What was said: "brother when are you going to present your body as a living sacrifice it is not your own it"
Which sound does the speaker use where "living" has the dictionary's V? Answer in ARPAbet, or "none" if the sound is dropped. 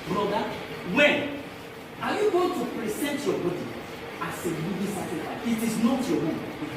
B